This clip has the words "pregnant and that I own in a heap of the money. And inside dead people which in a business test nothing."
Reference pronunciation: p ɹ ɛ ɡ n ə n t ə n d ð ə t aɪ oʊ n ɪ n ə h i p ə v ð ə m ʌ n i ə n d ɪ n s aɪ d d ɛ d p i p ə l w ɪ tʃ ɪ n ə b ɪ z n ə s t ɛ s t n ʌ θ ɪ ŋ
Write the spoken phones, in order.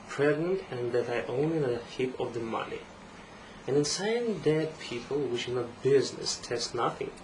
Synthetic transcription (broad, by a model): p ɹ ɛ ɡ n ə n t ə n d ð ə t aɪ oʊ n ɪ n ə h i p ə v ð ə m ʌ n i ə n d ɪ n s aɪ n d ɛ d p i p ə l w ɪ ʃ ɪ n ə b ɪ z n ə s t ɛ s t n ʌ θ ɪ ŋ